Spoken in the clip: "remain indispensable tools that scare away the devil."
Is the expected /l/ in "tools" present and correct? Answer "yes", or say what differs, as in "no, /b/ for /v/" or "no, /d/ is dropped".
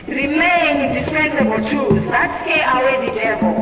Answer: no, /l/ is dropped